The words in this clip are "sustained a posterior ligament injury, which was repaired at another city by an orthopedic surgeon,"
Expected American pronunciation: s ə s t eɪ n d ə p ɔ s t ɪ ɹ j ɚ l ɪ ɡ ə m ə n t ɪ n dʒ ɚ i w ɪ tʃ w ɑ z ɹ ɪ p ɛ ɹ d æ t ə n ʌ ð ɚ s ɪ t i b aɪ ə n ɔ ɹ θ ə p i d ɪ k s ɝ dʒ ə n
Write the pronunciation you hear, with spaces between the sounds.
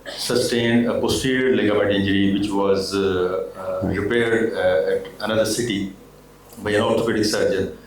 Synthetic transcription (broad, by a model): s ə s t eɪ n d ə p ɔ s t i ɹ l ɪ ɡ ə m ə t ɪ n dʒ ɚ i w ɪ tʃ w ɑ z ɹ ɪ p ɛ ɹ d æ t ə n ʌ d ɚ s ɪ t i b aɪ ə n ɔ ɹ t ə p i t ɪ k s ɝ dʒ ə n